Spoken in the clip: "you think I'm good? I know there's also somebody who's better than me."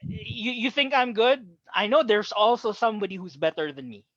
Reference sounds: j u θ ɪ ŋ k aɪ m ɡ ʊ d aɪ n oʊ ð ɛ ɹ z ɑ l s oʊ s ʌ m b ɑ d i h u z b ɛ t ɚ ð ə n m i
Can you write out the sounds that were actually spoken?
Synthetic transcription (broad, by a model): j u θ ɪ ŋ k aɪ m ɡ ʊ d aɪ n oʊ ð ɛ ɹ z ɑ l s oʊ s ʌ m b ɑ d i h u z b ɛ t ɚ ð ə n m i